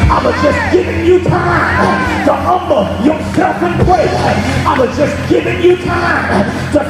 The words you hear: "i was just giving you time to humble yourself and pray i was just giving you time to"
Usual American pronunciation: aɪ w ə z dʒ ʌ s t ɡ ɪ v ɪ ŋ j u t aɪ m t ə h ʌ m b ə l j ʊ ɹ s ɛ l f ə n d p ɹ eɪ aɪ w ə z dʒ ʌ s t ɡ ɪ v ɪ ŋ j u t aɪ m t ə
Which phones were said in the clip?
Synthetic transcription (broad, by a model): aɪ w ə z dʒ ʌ s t ɡ ɪ v ɪ ŋ j u t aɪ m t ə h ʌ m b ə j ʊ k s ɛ f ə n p w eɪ aɪ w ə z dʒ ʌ s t ɡ ɪ v ɪ ŋ j u t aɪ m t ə